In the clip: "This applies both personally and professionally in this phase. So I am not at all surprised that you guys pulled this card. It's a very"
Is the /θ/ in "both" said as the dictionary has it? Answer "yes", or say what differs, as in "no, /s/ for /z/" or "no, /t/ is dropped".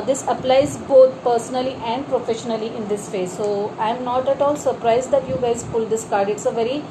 no, /t/ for /θ/